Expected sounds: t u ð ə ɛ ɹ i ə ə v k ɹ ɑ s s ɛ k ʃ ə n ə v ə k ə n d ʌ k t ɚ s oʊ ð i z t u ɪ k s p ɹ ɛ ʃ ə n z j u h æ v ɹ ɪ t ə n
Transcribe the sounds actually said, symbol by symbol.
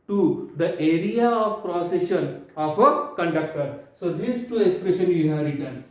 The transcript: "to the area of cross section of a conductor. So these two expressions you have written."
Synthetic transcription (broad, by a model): t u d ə ɛ ɹ i ə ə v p ɹ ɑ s s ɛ ʃ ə n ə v ə k ə n d ʌ k t ɚ s oʊ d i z t u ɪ k s p ɹ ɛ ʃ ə n j u h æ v ɹ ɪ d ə n